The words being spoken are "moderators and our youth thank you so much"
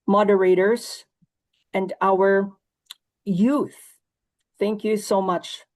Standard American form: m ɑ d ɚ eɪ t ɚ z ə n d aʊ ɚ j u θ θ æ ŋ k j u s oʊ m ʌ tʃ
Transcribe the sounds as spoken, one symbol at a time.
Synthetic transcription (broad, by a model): m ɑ d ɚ eɪ t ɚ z ə n d aʊ ɚ j u θ θ æ ŋ k j u s oʊ m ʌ tʃ